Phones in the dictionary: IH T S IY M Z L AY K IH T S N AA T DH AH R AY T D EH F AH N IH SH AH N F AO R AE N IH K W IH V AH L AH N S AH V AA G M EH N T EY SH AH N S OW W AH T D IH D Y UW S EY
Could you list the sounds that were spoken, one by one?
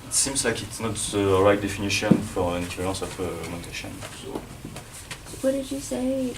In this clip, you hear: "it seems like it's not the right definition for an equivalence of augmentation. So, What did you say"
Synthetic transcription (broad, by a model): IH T S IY M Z L AY K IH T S N AA T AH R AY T D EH F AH N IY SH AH N F AO R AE N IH K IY V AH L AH S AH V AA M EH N T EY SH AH N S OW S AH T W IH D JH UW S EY